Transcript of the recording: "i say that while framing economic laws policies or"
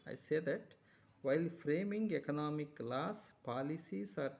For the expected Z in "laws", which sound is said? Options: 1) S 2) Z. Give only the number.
1